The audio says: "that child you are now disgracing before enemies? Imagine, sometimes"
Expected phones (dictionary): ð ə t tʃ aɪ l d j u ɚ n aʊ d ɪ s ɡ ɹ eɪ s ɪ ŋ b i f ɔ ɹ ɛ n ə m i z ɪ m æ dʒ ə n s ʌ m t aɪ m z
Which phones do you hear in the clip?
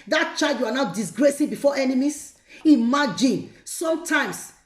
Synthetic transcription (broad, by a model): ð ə t tʃ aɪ d j u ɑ n aʊ d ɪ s ɡ ɹ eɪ s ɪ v b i f ɔ ɛ n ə m i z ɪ m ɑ dʒ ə n s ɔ m t aɪ m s